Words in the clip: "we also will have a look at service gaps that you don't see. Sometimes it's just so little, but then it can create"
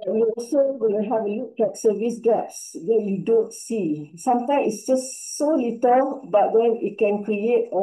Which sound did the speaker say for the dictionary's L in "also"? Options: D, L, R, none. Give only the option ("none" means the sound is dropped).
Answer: none